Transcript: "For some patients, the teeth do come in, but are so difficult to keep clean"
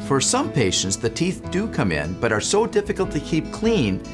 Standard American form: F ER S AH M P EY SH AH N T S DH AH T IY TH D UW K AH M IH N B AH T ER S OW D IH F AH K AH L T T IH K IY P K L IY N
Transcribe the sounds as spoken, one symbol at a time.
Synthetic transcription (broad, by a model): F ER S AH M P EY SH AH N T S DH AH T IY TH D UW K AH M IH N B AH T ER S OW D IH F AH K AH L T T IH K IY P K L IY N